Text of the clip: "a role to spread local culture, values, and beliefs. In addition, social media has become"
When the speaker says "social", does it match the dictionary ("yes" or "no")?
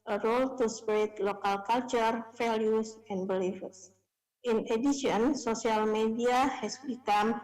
no